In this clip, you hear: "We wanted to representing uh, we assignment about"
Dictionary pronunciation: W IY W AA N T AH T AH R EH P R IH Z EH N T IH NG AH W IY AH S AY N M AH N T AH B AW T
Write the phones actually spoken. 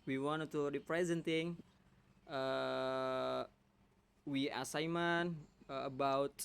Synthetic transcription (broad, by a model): W IY W AA N T AH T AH P R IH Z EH N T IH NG AH W IY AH S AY M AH N AH B AW T